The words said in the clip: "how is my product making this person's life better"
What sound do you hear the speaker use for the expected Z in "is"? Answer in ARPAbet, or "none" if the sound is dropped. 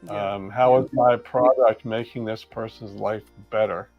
Z